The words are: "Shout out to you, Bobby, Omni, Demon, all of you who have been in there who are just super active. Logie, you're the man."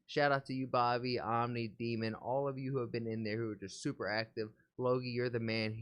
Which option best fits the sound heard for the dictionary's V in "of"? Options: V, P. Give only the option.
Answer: V